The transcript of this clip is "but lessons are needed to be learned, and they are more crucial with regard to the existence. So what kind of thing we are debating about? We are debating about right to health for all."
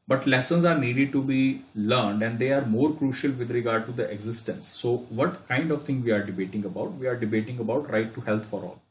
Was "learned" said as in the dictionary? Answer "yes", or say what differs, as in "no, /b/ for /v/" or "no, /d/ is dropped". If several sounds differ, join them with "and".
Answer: yes